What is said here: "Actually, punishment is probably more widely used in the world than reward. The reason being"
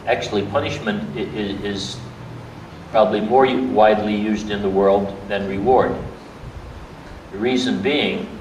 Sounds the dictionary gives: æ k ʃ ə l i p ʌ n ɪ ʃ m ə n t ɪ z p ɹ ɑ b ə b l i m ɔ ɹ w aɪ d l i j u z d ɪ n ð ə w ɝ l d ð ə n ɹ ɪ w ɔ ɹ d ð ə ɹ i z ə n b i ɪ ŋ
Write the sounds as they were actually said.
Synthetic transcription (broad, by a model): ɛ k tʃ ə l i p ʌ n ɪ ʃ m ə n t ɪ z p ɹ ɑ b ə b l i m ɔ ɹ w aɪ d l i j u z d ɪ n ð ə w ɝ l d ð ə n ɹ ɪ w ɔ ɹ d ð ə ɹ i z ə n b i ɪ ŋ